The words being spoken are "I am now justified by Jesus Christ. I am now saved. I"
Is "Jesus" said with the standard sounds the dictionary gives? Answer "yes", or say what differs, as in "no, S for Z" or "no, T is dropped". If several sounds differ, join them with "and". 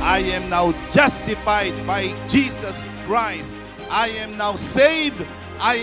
no, S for Z